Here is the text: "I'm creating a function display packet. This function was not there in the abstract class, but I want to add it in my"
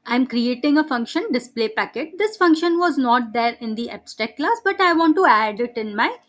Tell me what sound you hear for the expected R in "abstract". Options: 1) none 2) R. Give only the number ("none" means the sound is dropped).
1